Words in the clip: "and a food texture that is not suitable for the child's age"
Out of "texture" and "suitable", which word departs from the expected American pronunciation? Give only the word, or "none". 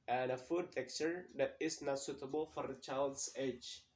texture